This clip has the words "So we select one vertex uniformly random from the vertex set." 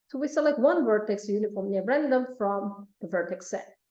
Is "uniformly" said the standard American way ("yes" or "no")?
no